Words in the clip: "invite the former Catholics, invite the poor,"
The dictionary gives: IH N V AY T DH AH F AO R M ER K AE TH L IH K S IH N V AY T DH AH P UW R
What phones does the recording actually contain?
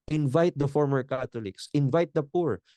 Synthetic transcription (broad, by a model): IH N V AY T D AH F AO R M ER K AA T L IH K S IH N V AY T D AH P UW R